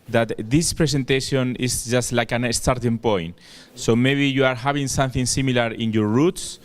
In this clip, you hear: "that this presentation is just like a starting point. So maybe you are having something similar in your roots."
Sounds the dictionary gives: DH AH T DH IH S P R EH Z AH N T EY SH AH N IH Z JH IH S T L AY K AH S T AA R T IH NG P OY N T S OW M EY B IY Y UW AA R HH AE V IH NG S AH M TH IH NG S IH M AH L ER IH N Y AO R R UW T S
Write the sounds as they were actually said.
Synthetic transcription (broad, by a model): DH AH T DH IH S P R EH S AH N T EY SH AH N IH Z JH IH S T L AY K AH S T AA R T IH NG P OY N T S OW M EY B IY Y UW AA R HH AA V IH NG S AH M TH IH NG S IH M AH L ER IH N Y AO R R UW T S